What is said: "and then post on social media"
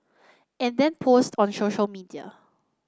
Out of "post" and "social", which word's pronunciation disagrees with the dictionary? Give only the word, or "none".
none